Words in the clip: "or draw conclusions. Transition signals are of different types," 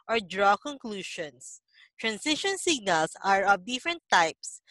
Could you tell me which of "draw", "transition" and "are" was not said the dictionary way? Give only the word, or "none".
transition